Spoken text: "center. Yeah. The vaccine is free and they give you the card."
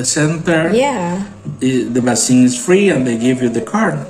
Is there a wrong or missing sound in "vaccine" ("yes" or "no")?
yes